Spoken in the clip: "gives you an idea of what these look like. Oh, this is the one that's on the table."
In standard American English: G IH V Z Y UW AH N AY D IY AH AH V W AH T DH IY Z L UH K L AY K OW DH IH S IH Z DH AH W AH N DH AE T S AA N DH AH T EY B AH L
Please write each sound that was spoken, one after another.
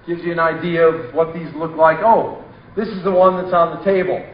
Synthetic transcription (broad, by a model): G IH V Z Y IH AH N AY D IY AH AH V W AH T DH IY Z L UH K L AY K OW DH IH S IH Z DH AH W AH N DH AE T S N DH AH T EY B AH L